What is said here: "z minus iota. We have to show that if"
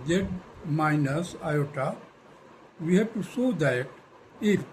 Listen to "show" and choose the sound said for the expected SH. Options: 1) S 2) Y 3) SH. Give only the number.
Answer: 1